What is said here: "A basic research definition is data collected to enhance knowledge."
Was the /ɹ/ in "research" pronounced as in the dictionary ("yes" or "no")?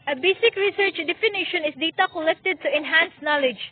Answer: yes